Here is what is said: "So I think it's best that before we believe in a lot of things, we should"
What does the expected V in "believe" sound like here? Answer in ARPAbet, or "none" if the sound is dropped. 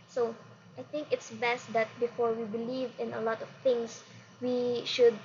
V